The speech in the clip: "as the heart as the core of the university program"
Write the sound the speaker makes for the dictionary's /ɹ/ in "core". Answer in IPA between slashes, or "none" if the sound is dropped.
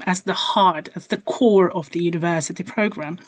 /ɹ/